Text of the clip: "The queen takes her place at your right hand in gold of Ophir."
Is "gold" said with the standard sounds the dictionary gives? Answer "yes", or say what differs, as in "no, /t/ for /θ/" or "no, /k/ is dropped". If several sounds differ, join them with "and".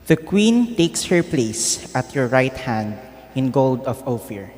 yes